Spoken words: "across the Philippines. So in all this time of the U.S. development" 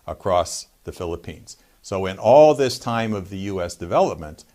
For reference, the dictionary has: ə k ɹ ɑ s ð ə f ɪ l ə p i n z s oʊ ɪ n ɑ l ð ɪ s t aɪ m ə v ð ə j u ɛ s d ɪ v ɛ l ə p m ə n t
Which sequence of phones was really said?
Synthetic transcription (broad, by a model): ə k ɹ ɑ s ð ə f ɪ l ə p i n z s oʊ ɪ n ɑ l ð ɪ s t aɪ m ə v ð ə j u ɛ s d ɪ v ɛ l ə p m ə n t